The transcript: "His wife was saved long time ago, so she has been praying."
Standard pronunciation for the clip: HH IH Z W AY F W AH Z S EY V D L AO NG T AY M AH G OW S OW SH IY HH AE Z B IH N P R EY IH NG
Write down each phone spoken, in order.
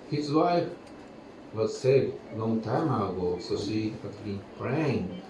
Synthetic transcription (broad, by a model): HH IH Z W AY F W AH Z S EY D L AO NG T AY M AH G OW S OW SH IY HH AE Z B IH N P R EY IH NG